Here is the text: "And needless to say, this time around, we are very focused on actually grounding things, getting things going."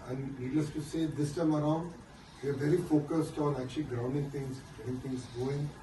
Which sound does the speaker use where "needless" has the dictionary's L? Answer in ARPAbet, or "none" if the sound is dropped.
none